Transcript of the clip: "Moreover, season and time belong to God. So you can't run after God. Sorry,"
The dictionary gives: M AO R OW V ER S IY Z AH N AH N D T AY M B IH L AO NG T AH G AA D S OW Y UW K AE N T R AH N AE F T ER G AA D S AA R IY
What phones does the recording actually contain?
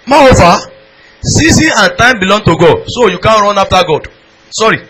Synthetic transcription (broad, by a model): M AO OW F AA S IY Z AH AH N T AY M B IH L AO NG T AH G AA D S OW Y UW K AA N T R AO N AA F T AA G AA D S AA R IY